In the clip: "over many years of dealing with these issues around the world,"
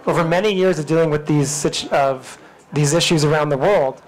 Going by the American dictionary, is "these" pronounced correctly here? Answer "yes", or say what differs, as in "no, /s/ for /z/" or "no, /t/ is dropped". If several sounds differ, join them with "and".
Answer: yes